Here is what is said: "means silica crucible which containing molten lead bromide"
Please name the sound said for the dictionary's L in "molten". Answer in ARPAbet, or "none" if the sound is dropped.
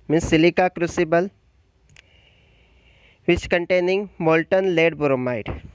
L